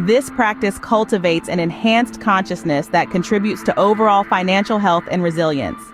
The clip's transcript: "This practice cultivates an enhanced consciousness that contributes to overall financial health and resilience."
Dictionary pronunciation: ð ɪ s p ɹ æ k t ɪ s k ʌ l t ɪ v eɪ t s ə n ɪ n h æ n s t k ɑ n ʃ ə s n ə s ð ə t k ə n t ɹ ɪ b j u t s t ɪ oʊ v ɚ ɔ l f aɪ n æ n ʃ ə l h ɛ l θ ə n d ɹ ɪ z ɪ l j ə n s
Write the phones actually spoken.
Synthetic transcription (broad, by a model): ð ɪ s p ɹ æ k t ɪ s k ʌ l t ɪ v eɪ t s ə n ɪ n h æ n s k ɑ n ʃ ə s n ə s ð ə t k ə n t ɹ ɪ b j u t s t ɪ oʊ v ɚ ɔ l f aɪ n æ n ʃ l h ɛ l θ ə n ɹ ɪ z ɪ l j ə n s